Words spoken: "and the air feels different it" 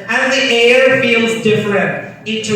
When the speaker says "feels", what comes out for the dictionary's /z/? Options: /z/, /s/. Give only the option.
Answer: /z/